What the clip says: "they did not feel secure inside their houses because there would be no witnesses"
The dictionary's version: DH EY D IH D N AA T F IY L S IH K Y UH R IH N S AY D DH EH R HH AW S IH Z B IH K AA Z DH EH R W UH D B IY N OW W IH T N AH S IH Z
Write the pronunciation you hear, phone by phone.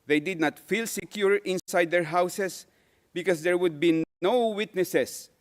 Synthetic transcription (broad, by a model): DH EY D IH D N AA T F IY L S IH K Y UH R IH N S AY D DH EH R HH AW S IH S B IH K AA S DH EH R W UH D B IY N OW W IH T N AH S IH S